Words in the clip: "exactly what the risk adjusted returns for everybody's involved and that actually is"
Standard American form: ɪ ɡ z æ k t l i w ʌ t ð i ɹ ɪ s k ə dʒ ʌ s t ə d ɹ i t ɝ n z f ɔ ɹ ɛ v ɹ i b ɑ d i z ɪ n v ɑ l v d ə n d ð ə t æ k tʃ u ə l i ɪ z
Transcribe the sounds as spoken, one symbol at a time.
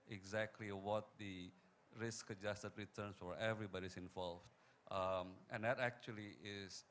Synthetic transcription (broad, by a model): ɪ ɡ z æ k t l i w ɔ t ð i ɹ ɪ s k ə dʒ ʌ s t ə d ɹ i t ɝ n s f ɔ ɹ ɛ v ɹ i b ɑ d i s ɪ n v ɑ l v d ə n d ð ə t æ k tʃ u ə l i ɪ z